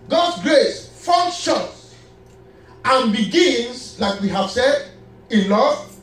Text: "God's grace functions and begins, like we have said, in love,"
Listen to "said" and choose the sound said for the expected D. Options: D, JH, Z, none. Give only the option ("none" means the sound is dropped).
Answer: D